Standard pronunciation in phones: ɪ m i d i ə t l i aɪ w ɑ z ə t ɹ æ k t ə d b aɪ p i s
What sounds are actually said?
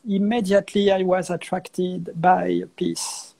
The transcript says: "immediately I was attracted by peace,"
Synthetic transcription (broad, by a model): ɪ m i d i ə t l i aɪ w ɑ z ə t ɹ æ k t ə d b aɪ p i s